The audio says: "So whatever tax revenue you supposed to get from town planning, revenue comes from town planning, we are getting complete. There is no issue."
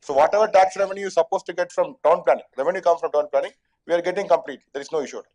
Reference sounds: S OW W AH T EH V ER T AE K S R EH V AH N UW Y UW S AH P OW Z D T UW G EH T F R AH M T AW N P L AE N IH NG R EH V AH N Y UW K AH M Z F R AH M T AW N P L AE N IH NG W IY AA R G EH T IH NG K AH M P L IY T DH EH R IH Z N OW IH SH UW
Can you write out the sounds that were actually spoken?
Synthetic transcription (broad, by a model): S OW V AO T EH V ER T AE K S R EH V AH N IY Y UW S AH P OW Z T UW G EH T F R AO M T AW N P L AE N IH NG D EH V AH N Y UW K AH M F R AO M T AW N P L AE N IH NG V IY AA R G EH T IH NG K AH M P L IY T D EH R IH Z N OW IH SH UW